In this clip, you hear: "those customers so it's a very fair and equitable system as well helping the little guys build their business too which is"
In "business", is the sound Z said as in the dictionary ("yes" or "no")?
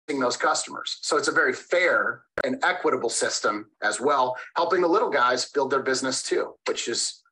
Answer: yes